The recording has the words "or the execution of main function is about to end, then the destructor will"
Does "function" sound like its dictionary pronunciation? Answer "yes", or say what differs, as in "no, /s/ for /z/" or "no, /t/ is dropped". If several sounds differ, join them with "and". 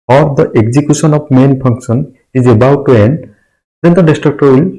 no, /p/ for /f/ and /s/ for /ʃ/